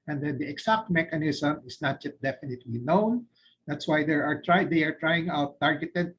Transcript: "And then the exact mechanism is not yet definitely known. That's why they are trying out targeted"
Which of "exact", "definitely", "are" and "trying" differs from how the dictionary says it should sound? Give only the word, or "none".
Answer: exact